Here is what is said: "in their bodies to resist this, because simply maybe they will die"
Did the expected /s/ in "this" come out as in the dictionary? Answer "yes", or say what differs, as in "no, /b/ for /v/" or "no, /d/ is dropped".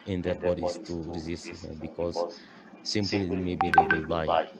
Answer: no, /s/ is dropped